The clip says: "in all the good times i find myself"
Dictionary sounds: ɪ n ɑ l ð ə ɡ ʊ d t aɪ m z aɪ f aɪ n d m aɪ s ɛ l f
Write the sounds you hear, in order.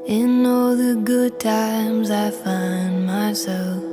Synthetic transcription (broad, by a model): ɪ n ɑ l ð ə ɡ ʊ d t aɪ m z aɪ f aɪ n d m aɪ s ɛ l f